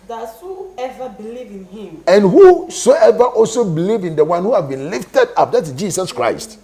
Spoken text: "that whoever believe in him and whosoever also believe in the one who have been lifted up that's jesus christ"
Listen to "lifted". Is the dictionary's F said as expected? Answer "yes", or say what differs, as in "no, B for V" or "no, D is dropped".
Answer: yes